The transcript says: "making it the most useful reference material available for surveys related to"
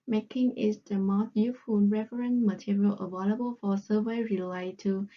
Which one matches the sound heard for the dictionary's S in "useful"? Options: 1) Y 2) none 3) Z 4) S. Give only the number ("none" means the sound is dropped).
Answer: 2